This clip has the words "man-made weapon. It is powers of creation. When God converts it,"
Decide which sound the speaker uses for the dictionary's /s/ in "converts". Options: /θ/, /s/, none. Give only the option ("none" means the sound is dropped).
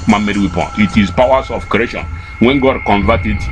none